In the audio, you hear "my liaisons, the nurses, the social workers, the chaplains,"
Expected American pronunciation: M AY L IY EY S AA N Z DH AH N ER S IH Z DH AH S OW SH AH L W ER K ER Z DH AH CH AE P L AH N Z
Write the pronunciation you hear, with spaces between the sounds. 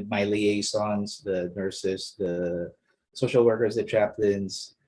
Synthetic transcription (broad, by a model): M AY L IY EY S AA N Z DH AH N ER S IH S DH AH S OW SH L W ER K ER Z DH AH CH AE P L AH N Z